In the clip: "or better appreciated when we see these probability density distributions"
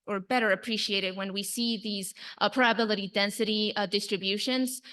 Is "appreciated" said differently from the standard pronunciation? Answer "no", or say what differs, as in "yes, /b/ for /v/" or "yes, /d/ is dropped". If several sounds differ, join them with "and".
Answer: no